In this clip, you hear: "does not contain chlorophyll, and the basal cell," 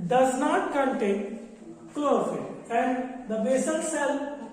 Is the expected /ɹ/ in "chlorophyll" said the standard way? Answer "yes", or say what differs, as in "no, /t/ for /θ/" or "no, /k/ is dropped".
no, /ɹ/ is dropped